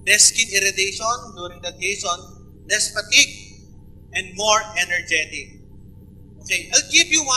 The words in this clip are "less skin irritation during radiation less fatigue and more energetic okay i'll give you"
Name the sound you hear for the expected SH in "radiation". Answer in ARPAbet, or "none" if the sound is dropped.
S